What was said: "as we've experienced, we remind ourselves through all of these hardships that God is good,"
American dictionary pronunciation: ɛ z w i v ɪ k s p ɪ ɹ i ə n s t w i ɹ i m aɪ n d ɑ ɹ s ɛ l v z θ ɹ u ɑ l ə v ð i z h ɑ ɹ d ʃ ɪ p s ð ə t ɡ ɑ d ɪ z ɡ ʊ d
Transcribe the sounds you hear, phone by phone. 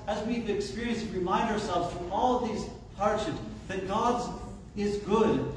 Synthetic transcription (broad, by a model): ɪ z w i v ɪ k s p ɪ ɹ i ə n s t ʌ ɹ i m aɪ n d ɑ ɹ s ɛ l v z f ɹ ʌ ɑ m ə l ð i z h ɑ ɹ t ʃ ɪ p s ð ə t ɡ ɑ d ɪ z ɡ ʊ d